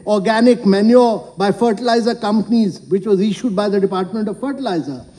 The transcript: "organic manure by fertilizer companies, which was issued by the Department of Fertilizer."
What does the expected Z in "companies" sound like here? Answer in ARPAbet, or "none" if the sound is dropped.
Z